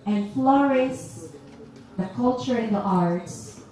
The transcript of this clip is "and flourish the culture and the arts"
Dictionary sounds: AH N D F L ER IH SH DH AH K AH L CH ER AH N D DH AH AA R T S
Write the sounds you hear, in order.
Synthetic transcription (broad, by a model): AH N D F L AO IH S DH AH K AH L CH ER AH N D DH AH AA R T S